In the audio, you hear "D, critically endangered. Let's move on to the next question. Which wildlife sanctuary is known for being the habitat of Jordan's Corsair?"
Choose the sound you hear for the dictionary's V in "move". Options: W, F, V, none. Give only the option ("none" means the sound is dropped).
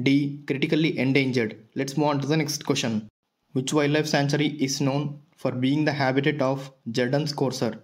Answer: none